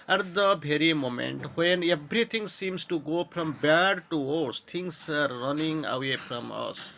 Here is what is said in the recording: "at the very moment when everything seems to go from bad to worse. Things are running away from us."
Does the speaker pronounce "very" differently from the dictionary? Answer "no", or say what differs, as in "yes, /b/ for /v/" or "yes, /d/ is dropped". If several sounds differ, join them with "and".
yes, /b/ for /v/